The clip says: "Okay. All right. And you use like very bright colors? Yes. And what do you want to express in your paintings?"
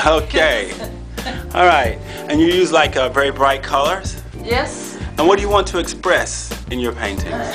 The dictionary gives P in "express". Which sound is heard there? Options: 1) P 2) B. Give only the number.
1